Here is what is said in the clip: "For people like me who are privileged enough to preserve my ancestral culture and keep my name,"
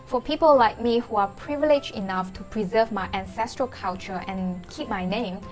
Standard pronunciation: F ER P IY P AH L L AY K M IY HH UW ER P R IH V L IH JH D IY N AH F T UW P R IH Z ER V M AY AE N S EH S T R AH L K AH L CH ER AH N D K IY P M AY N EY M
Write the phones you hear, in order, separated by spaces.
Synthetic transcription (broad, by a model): F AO P IY P AH L L AY K M IY HH UW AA P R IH V L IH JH IY N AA F T UW P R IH Z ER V M AY AE N S EH S T R AH L K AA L CH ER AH N K IY P M AY N EY M